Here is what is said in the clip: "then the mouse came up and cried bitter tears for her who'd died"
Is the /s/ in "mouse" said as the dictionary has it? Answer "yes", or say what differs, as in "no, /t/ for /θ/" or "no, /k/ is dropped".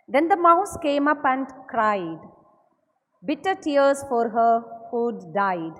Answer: yes